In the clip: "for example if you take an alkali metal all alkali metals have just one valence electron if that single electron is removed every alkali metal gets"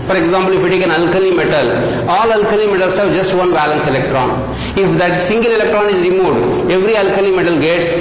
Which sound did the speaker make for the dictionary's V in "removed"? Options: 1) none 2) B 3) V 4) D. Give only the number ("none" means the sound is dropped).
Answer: 1